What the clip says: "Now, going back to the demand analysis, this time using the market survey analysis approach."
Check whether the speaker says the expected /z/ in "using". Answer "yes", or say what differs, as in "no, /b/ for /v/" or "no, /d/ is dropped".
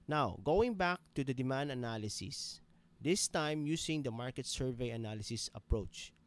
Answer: no, /s/ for /z/